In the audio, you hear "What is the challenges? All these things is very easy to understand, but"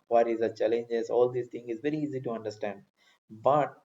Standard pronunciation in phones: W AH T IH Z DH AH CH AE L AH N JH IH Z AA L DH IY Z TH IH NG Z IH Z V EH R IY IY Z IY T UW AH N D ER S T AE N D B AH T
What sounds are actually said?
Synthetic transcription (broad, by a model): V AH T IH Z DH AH CH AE L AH N JH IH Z AA L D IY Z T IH NG IH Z V EH R IY IY Z IY T UW AH N D ER S T AE N D B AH T